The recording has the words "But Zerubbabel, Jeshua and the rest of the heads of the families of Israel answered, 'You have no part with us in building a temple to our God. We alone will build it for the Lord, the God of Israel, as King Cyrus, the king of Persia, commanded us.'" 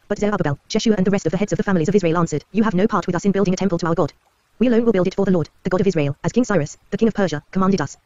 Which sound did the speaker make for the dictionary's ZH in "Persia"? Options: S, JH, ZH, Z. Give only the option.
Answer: ZH